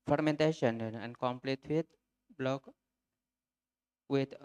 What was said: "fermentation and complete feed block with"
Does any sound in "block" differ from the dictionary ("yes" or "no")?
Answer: no